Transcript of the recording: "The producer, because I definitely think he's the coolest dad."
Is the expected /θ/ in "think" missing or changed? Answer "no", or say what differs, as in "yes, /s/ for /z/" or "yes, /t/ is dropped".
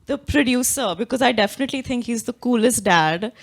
yes, /t/ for /θ/